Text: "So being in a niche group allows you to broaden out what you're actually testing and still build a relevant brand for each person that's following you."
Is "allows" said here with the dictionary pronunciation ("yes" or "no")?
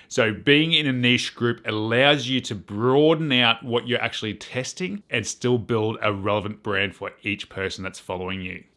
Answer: yes